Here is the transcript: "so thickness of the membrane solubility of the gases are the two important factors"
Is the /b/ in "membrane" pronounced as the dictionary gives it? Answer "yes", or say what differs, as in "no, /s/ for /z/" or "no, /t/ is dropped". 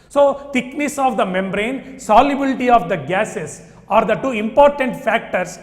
yes